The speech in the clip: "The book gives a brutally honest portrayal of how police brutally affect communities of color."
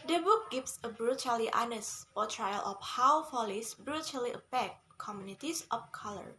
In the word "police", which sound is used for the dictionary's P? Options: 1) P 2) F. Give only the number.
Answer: 2